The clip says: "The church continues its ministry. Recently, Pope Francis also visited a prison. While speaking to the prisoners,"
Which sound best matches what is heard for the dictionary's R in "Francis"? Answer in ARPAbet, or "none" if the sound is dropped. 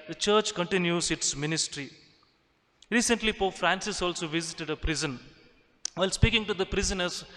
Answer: R